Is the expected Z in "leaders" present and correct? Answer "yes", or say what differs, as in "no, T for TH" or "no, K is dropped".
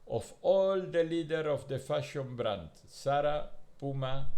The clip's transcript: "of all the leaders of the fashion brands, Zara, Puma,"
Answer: no, Z is dropped